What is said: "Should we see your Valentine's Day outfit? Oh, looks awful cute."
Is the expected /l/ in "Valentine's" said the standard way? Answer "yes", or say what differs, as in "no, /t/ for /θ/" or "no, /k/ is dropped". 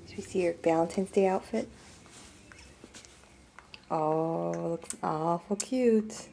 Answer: no, /l/ is dropped